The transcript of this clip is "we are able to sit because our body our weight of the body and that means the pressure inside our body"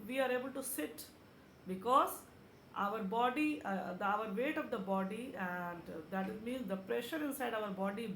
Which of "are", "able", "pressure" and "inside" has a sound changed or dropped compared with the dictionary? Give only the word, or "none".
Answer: none